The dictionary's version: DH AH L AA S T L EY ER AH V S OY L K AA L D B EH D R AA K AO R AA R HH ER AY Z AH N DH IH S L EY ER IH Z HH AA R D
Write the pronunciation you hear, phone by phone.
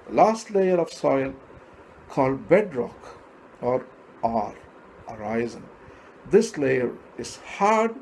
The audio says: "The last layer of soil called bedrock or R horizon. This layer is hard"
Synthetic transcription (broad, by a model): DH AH L AA S T L EY ER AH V S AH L K AA L D B EH D R AA K AO R AA R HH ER AY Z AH N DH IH S L EY ER IH Z HH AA R D